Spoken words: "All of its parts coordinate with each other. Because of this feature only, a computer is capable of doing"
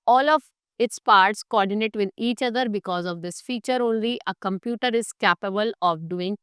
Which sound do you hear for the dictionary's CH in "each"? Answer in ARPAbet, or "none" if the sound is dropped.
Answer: CH